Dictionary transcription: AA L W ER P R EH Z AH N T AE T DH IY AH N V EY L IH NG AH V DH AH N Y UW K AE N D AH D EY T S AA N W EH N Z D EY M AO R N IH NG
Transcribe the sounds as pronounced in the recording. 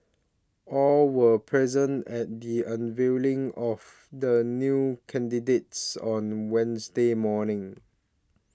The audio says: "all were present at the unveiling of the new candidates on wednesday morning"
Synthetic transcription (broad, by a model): AA L W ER P R EH Z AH N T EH T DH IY AH N V EY L IH NG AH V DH AH N Y UW K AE N D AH D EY T S AA N W EH N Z D EY M AO N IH NG